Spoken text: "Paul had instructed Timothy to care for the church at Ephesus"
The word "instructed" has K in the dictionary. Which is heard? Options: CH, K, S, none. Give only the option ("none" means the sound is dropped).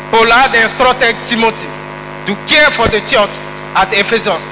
none